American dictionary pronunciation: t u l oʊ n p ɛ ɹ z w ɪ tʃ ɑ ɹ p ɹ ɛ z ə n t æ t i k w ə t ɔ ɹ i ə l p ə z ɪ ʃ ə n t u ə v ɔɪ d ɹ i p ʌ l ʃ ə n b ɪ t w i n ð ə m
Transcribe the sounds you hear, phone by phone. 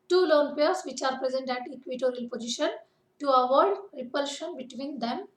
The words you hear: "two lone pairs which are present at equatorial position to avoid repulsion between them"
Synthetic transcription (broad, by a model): t u l oʊ n p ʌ ɹ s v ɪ tʃ ɑ ɹ p ɹ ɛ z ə n t æ t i k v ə t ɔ ɹ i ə l p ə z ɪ ʃ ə n t u ə v ɔɪ d ɹ i p ʌ l ʃ ə n b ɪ t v i n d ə m